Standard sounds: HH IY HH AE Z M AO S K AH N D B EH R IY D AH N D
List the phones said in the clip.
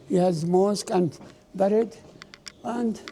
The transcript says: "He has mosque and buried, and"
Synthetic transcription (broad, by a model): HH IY HH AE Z M AO S K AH N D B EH R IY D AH N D